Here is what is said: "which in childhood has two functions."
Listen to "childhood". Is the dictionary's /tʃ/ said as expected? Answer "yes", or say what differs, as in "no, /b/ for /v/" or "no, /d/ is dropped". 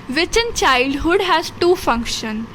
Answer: yes